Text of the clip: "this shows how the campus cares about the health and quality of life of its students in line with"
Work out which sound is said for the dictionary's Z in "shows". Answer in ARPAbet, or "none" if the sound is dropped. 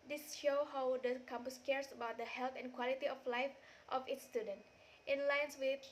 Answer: none